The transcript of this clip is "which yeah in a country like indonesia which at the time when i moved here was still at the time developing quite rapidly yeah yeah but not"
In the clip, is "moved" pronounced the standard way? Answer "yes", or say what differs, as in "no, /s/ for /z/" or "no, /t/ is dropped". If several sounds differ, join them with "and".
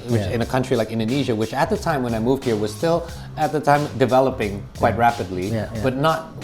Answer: yes